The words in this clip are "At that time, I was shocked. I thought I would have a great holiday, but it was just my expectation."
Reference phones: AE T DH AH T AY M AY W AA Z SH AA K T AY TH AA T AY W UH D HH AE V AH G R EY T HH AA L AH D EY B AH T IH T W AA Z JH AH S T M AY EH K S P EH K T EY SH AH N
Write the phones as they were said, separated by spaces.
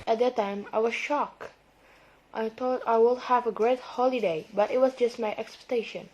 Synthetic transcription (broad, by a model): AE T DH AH T AY M AY W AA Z SH AA K T AY T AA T AY W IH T HH AE V AH G R EY T HH AA L AH D EY B AH T IH T W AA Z JH AH S T M AY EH K S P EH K T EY SH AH N